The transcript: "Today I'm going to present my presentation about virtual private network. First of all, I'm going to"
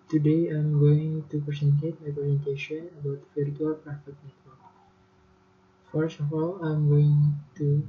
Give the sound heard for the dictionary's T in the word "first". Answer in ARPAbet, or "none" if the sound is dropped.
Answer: none